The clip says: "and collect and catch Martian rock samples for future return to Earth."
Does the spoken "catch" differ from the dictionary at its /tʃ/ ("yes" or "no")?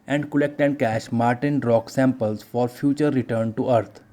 yes